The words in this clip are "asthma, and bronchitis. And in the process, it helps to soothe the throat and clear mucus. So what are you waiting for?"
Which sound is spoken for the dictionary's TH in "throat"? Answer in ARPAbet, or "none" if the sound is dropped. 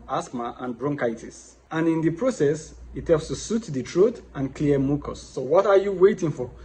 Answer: T